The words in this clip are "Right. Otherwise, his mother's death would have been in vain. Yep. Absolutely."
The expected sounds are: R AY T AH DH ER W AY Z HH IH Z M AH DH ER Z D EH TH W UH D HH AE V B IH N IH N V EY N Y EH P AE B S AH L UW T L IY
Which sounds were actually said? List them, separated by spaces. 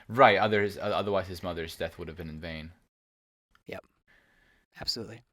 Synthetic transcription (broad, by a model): R AY T AH DH ER W AY Z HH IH Z M AH DH ER Z D EH TH W UH D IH V B IH N IH N V EY N Y EH P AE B S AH L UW T L IY